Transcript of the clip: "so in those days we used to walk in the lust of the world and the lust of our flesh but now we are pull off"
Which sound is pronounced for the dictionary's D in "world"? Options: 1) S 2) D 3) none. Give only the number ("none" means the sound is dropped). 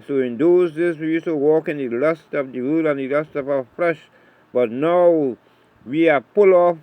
3